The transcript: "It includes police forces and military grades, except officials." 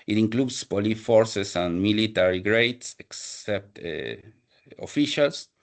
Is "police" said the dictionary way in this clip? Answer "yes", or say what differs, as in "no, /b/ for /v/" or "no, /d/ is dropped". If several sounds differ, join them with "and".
no, /s/ is dropped